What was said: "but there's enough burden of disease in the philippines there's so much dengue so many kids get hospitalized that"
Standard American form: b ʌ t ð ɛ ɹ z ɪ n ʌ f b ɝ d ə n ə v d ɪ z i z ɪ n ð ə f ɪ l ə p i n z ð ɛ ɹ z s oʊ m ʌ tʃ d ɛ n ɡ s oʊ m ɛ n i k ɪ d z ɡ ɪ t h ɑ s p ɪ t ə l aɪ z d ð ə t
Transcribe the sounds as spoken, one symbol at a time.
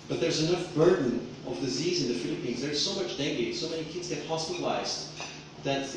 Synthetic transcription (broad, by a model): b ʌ t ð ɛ ɹ z ɪ n ʌ f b ɝ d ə n ə v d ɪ z i z ɪ n ð ə f ɪ l ə p i n z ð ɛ ɹ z s oʊ m ʌ tʃ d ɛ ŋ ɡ s oʊ m ɛ n i k ɪ d z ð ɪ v h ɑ s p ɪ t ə l aɪ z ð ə t